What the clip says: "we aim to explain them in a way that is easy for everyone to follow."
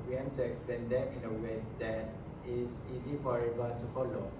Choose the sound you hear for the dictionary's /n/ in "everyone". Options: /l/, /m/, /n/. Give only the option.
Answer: /l/